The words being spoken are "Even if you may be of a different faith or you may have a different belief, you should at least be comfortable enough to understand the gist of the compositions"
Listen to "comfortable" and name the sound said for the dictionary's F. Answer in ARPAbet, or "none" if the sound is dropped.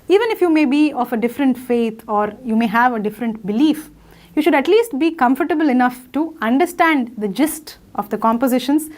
F